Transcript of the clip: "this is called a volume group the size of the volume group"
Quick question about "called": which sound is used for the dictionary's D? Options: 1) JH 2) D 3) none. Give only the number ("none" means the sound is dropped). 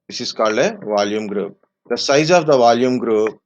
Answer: 3